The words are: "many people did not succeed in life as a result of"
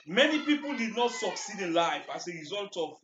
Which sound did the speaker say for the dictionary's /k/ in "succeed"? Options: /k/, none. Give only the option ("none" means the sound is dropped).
/k/